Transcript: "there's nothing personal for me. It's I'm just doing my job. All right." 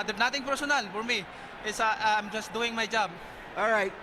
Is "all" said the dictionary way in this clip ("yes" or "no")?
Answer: yes